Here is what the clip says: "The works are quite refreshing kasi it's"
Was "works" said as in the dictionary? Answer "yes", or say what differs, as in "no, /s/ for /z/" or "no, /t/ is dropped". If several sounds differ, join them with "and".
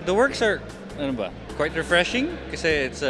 yes